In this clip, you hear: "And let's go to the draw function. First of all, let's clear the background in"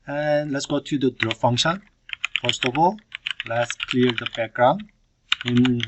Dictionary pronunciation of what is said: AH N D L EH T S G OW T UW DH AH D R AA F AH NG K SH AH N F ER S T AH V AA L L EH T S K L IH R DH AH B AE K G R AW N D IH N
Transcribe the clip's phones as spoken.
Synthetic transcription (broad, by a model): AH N L EH T S G OW T UW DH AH D R AA F AH NG K SH AH N F ER S T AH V AA L L EH T S K L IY R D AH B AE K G R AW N IH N